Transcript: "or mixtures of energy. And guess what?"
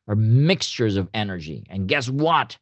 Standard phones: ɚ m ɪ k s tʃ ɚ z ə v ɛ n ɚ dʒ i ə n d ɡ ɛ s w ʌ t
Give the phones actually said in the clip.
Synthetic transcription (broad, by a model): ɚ m ɪ k s tʃ ɚ z ə v ɛ n ɚ dʒ i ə n ɡ ɛ s w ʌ t